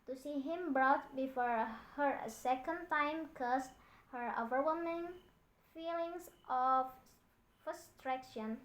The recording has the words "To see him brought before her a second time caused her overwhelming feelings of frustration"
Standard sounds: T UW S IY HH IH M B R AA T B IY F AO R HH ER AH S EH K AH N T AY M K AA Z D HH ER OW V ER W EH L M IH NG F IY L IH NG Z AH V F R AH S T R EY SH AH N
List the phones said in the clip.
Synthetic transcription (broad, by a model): T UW S IY HH IH M B R AA T B IY F AO R HH ER AH S EH K AH N T AY M K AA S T HH ER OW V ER W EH M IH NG F IY L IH NG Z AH F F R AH S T R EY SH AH N